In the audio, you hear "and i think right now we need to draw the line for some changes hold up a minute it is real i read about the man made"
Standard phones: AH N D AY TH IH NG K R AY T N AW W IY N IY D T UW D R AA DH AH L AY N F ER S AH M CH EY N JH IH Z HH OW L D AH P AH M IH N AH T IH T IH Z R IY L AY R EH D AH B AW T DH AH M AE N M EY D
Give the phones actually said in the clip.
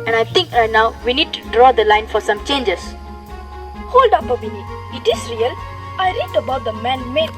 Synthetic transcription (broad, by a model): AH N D AY T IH NG K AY N AW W IY N IY D T UW D R AA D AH L AY N F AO S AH M CH EY N JH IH S HH OW L D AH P AH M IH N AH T IH T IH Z R IY L AY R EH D AH B AW T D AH M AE N M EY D